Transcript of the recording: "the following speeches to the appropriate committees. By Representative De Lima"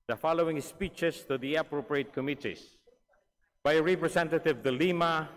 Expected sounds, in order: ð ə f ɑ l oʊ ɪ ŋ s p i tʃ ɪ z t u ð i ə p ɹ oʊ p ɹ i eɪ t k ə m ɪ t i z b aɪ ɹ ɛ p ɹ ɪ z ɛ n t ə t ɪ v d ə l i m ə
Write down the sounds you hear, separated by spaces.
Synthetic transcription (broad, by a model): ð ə f ɑ l oʊ ɪ ŋ s p i tʃ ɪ s t u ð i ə p ɹ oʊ p ɹ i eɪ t k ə m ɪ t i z b aɪ ɹ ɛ p ɹ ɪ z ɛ n t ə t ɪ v d ə l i m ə